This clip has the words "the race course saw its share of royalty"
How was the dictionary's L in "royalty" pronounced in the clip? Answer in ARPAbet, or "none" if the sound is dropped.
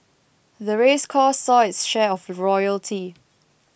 L